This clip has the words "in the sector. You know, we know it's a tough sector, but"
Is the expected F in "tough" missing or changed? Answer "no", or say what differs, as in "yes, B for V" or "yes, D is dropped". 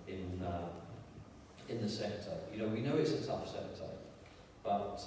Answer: no